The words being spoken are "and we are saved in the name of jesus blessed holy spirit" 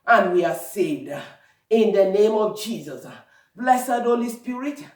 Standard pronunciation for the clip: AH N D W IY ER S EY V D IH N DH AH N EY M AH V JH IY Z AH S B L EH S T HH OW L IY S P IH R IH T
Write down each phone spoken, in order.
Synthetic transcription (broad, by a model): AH N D W IY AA S EY V D IH N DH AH N EY M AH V JH IY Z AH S B L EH S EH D OW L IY S P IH R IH T